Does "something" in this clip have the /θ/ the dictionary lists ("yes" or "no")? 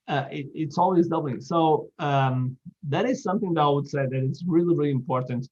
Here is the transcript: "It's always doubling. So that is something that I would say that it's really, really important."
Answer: yes